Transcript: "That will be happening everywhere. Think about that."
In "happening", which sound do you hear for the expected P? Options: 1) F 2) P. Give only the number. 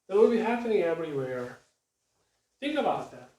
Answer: 1